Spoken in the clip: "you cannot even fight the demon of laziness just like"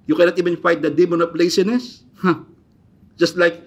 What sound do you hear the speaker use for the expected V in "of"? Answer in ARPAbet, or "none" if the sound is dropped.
P